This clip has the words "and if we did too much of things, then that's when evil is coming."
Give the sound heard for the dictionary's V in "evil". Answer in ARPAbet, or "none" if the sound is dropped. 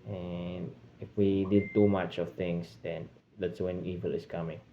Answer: V